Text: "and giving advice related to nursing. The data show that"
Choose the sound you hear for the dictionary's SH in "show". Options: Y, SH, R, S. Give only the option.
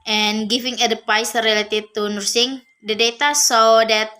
S